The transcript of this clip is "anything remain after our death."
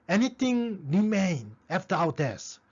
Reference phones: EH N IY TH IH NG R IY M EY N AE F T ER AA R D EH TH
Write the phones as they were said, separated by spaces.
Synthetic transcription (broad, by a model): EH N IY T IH NG R IY M EY N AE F T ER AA W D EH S